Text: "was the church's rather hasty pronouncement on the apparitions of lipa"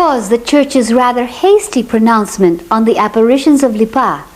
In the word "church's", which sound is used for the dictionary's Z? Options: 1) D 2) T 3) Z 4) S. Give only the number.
3